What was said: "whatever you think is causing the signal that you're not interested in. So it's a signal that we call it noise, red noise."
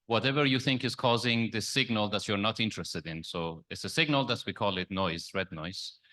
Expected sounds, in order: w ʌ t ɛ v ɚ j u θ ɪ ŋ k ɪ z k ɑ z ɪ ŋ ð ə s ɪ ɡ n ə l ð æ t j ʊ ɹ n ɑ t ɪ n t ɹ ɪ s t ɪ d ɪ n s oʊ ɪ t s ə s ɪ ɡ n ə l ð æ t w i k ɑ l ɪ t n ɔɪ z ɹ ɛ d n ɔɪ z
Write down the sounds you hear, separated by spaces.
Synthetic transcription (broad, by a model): w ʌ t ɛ v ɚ j u θ ɪ ŋ k ɪ z k ɑ z ɪ ŋ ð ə s ɪ ɡ n ə l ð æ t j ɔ ɹ n ɑ t ɪ n t ɹ ɪ s t ɪ d ɪ n s oʊ ɪ t s ə s ɪ ɡ n ə l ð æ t w i k ɑ l ɪ t n ɔɪ z ɹ ɛ d n ɔɪ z